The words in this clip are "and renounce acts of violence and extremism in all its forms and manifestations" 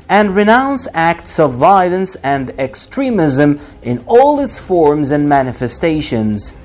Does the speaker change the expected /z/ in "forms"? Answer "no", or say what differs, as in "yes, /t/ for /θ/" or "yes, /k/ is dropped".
no